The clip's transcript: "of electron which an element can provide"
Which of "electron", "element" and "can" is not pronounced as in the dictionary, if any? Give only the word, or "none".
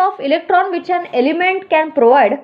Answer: none